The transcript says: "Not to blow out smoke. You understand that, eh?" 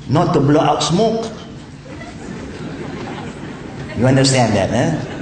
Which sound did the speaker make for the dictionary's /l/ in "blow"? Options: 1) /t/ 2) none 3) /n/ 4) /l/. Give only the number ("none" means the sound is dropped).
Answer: 4